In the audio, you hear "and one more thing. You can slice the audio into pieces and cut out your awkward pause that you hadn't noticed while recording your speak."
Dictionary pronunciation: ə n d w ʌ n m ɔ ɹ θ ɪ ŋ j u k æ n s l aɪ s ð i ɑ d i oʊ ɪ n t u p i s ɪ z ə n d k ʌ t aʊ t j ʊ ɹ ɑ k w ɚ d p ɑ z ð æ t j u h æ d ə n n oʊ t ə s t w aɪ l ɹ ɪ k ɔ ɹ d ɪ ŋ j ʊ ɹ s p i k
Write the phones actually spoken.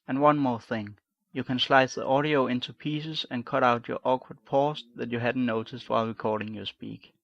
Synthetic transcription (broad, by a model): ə n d w ʌ n m ɔ ɹ θ ɪ ŋ j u k æ n s l aɪ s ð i ɑ d i oʊ ɪ n t u p i s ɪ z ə n k ʌ t aʊ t j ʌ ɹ ɑ k w ɚ d p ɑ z ð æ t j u h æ d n n oʊ t ə s t w aɪ l ɹ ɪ k ɔ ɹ d ɪ ŋ j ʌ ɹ s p i k